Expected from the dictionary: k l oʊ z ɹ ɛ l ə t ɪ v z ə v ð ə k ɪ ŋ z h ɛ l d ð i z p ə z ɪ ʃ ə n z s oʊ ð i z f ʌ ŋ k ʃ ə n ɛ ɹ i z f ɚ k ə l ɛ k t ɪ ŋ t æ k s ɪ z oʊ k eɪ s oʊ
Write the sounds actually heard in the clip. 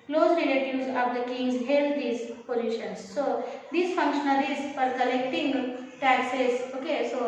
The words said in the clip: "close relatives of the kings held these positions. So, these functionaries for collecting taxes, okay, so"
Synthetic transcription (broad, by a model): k l oʊ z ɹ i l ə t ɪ z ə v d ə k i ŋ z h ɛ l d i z p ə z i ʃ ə n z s oʊ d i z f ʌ ŋ k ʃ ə n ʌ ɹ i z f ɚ k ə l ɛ k t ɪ ŋ t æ k s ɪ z oʊ k eɪ s oʊ